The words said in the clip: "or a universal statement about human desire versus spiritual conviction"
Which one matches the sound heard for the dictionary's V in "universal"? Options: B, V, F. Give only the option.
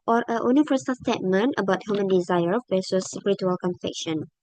F